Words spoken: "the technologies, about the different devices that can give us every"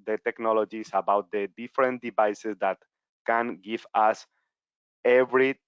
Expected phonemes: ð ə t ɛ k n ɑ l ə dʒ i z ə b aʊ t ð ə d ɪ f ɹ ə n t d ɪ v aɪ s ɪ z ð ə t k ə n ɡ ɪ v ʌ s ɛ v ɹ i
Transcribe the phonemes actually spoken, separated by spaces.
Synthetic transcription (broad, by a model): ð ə t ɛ k n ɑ l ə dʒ i s ə b aʊ t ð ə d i f ɹ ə n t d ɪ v aɪ s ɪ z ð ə t k ə n ɡ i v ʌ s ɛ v ɹ i